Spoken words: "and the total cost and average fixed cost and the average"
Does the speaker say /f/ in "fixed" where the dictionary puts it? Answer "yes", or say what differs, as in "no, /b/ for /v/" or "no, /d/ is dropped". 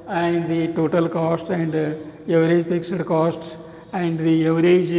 no, /p/ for /f/